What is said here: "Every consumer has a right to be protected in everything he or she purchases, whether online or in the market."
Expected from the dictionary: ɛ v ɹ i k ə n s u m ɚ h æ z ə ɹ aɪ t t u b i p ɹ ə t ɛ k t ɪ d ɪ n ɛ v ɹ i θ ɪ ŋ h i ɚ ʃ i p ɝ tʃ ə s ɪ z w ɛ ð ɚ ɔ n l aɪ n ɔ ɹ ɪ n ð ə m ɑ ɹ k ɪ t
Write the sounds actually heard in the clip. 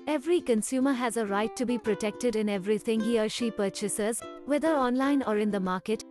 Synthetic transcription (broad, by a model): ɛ v ɹ i k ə n s u m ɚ h æ z ə ɹ aɪ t t u b i p ɹ ə t ɛ k t ɪ d ɪ n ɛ v ɹ i t ɪ ŋ h i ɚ ʃ i p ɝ tʃ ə s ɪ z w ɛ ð ɚ ɔ n l aɪ n ɔ ɹ ɪ n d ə m ɑ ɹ k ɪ t